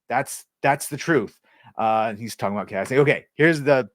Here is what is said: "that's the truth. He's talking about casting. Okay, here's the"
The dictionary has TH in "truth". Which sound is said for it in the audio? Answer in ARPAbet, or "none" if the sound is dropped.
TH